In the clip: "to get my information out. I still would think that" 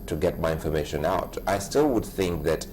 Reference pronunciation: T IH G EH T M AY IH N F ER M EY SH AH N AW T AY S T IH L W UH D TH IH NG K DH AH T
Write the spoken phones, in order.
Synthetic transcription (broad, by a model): T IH G EH T M AY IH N F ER M EY SH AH N AW T AY S T IH L W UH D TH IH NG K DH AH T